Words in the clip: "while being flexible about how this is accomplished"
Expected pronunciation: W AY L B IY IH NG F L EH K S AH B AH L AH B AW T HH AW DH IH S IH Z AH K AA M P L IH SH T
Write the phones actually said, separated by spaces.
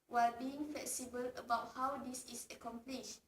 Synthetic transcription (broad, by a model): W AY L B IY IH NG F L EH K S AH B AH L AH B AW T HH AW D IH S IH S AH K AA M P L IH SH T